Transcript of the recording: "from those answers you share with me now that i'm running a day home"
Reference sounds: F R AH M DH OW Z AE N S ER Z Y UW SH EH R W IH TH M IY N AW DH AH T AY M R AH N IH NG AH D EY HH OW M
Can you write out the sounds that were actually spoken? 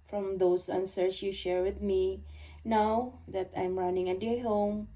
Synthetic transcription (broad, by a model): F R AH M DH OW S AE N S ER S Y UW SH EH R W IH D M IY N AW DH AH T AY M R AH N IH NG AH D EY HH OW M